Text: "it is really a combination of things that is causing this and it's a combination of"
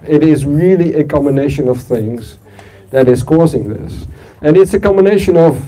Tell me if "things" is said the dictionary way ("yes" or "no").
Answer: yes